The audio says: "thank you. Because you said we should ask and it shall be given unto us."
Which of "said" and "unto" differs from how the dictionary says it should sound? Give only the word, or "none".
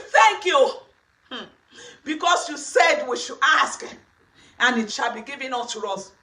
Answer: unto